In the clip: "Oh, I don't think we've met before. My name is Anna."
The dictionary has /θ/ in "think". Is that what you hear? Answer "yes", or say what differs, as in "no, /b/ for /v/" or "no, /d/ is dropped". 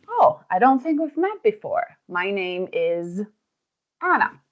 yes